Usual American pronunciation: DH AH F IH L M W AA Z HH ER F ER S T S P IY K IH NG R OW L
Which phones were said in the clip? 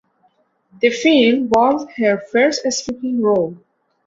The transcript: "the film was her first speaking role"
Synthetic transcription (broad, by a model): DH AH F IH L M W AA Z HH ER F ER S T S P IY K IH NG R OW L